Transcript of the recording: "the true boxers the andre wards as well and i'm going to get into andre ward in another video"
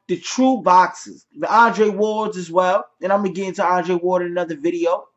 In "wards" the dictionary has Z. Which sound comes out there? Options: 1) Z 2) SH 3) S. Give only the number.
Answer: 1